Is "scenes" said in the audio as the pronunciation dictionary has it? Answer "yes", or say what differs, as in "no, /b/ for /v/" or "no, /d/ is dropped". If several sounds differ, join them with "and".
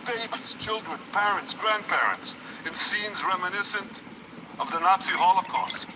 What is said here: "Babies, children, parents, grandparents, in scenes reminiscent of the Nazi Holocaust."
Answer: yes